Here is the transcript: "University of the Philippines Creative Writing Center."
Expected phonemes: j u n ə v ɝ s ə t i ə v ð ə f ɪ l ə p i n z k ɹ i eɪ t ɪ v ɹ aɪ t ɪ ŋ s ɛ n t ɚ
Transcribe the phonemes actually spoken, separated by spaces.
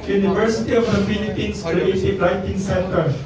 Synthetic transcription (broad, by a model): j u n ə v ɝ s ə t i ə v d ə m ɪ n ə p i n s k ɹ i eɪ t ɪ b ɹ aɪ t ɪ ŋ s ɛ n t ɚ